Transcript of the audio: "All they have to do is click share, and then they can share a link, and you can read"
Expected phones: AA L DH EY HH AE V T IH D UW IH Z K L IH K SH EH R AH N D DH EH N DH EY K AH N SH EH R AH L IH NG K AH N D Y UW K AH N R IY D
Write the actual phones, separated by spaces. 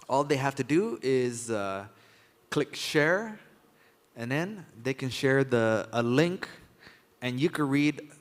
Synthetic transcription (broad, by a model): AA L DH EY HH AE F T IH D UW IH Z K L IH K SH EH R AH N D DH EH N DH EY K AH N SH EH R AH L IH NG K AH N Y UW K AH N R IY D